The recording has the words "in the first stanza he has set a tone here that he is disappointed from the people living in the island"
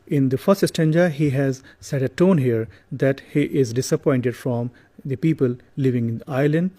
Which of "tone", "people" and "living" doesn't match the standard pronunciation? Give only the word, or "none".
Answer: none